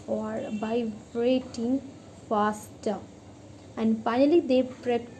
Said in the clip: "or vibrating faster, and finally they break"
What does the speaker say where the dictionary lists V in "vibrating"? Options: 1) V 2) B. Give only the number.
2